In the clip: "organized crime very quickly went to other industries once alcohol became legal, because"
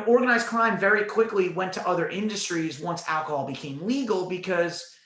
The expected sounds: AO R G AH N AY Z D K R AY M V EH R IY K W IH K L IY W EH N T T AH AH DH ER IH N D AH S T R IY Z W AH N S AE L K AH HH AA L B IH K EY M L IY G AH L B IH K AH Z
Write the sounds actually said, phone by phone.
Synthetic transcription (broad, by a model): AO R G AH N AY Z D K R AY M V EH R IY K W IH K L IY W EH N T T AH AH DH ER IH N D AH S T R IY Z W AH N S AE L K AH HH AA L B IH K EY M L IY G L B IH K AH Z